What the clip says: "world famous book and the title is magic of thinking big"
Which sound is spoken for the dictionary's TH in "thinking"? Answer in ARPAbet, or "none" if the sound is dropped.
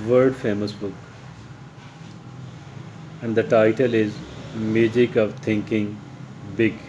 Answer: T